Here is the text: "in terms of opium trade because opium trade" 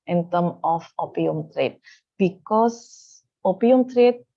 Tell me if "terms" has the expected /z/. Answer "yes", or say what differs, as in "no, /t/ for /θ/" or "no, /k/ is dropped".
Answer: no, /z/ is dropped